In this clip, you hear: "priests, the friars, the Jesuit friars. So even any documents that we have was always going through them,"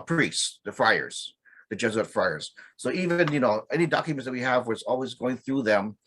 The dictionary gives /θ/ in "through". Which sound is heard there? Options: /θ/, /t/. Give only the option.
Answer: /θ/